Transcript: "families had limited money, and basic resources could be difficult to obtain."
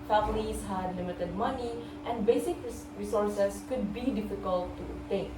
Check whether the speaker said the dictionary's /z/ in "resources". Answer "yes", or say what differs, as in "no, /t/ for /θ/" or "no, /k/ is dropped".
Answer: no, /s/ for /z/